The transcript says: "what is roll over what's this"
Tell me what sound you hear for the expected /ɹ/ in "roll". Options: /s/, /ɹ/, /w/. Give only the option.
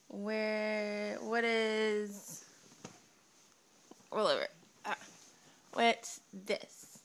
/w/